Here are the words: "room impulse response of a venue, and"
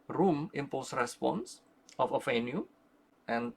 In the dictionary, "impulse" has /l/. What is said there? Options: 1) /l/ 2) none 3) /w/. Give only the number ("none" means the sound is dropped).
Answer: 2